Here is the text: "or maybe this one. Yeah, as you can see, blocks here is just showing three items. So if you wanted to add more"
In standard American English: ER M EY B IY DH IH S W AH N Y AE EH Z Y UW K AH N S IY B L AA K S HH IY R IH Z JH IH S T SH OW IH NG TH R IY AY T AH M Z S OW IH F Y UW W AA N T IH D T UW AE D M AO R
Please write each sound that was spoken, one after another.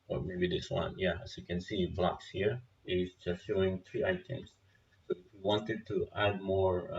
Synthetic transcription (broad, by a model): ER M EY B IY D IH S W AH N Y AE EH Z Y UW K AH N S IY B L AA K S HH IY R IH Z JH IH S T SH OW IH NG T R IY AY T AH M S OW IH F Y UW W AA N T IH D T UW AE D M AO R